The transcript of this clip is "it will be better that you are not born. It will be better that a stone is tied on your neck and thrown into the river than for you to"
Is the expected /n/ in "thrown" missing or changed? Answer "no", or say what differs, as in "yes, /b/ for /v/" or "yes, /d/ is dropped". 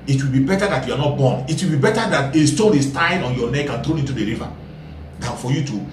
yes, /n/ is dropped